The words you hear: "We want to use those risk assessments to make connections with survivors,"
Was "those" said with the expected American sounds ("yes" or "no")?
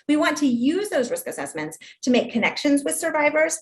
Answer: yes